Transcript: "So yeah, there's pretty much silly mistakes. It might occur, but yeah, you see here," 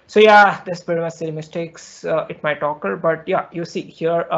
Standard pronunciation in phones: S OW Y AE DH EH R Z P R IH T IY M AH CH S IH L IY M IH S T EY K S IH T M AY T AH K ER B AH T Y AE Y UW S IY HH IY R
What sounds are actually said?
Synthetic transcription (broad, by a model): S OW Y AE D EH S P IH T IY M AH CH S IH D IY M IH S T EY K S IH T M AY T AH K ER B AH T Y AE Y UW S IY HH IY R